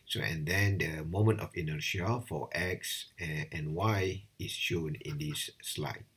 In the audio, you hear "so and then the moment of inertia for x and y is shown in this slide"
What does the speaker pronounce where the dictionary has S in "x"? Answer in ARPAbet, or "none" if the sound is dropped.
S